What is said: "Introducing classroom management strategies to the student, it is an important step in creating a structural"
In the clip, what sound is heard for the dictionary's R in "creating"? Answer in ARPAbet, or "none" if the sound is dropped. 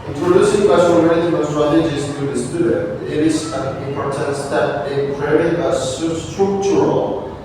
none